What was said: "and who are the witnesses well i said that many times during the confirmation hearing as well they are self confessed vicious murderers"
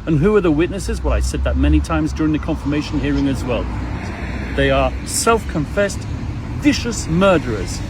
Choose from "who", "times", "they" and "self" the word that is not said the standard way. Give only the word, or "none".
none